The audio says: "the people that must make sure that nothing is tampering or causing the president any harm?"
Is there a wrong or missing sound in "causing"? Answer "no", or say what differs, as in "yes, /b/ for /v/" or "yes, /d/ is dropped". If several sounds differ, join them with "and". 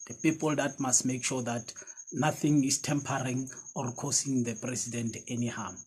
yes, /s/ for /z/